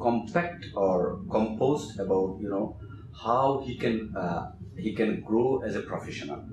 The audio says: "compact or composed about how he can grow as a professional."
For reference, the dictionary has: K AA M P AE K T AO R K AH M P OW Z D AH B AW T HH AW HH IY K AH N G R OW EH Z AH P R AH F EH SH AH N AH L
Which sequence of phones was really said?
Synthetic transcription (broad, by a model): K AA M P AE K T AO R K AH M P OW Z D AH B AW T HH AW HH IY K AH N G R OW EH Z AH P R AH F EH SH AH N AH L